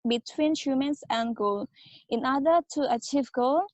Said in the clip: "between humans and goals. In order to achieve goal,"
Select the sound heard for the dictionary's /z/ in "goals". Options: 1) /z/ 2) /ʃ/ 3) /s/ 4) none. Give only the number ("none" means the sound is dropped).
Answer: 4